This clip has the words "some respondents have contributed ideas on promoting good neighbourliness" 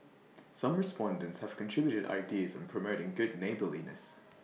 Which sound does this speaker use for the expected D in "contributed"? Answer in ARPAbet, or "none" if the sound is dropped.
D